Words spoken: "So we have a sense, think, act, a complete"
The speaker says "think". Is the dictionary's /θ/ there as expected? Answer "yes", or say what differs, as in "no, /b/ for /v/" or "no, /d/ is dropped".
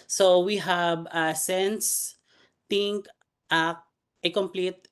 no, /t/ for /θ/